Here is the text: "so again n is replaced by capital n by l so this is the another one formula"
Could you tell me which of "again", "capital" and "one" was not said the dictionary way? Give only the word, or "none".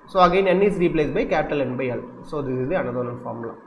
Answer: one